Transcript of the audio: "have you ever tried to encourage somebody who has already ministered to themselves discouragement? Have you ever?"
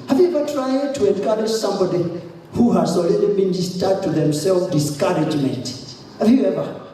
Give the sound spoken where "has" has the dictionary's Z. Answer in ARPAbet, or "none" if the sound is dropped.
S